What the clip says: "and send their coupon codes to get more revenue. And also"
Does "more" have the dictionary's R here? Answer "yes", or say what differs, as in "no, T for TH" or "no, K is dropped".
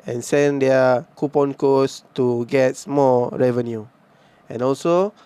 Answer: no, L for R